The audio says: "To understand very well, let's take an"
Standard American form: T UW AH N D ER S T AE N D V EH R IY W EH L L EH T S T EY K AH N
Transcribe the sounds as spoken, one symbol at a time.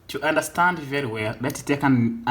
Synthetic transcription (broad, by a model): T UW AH N D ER S T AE N D V EH R IY W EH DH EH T T EY K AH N